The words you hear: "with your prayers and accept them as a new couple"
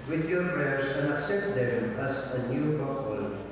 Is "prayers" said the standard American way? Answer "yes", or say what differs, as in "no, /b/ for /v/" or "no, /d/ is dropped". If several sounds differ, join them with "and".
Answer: no, /s/ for /z/